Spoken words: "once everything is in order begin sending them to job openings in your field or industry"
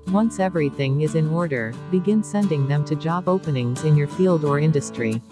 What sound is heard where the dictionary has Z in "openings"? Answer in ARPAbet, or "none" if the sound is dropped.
Z